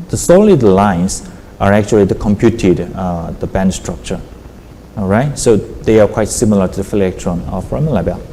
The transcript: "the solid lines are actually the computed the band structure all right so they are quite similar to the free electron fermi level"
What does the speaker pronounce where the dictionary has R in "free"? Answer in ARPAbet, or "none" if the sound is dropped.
none